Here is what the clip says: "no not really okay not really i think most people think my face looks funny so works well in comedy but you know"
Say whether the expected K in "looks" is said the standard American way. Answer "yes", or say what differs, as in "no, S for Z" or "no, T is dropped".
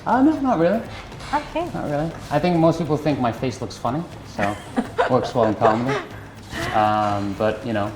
yes